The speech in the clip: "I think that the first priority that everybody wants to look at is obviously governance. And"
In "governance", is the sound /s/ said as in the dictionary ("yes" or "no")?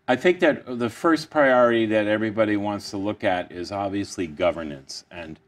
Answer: yes